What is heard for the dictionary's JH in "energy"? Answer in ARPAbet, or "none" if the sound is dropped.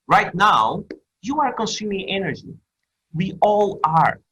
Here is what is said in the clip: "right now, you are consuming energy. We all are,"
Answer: JH